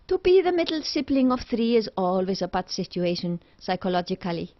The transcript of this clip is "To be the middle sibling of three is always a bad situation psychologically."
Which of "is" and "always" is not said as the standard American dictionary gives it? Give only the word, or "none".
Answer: none